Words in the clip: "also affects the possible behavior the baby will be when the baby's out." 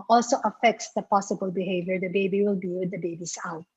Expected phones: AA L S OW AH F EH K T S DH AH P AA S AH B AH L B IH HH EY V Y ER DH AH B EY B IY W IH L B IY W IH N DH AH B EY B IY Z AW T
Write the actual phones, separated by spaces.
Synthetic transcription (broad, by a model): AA L S OW AH F EH K T S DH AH P AA S AH B AH L B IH HH EY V Y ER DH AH B EY B IY W IH L B IY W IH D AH B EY B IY S AW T